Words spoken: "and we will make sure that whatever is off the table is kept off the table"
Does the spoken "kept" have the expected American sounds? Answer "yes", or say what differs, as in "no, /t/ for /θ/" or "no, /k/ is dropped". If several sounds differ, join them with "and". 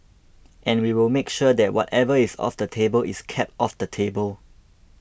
yes